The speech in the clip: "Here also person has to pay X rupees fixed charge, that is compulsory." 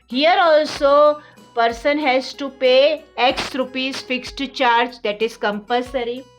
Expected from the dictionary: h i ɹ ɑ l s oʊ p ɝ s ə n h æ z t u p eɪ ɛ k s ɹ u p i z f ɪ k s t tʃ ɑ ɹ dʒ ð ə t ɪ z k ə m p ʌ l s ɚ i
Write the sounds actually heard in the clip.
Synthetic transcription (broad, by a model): h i ɹ ɑ l s oʊ p ɝ s ə n h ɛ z t u p eɪ ɛ k s ɹ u p i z f ɪ k s t tʃ ɑ ɹ dʒ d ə t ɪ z k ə m p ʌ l s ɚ i